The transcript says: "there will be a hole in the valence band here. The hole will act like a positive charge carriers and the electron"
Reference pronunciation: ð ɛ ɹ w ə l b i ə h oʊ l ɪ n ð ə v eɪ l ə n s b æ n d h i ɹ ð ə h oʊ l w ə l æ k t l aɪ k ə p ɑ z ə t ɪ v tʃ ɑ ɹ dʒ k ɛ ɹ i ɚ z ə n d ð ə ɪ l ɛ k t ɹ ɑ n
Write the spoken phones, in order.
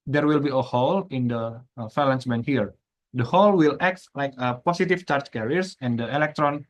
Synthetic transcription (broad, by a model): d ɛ ɹ w ə l b i ə h oʊ l ɪ n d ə f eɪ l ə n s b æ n h i ɹ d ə h oʊ l w ə l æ k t l aɪ k ə p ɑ s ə t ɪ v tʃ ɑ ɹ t k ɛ ɹ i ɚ s ə n d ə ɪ l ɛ k t ɹ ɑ n